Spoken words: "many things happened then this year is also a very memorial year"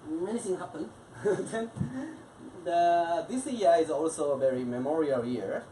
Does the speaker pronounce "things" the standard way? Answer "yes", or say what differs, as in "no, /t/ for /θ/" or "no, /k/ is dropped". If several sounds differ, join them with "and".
no, /z/ is dropped